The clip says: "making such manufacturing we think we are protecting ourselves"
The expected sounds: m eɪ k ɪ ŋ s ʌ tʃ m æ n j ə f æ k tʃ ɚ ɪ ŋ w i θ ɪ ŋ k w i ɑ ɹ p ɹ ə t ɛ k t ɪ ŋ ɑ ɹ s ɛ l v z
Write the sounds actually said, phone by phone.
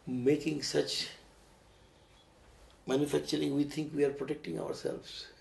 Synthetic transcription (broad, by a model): m eɪ k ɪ ŋ s ʌ tʃ m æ n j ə f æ k tʃ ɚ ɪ ŋ w i t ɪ ŋ k w i ɑ ɹ p ɹ ə t ɛ k t ɪ ŋ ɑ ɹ s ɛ l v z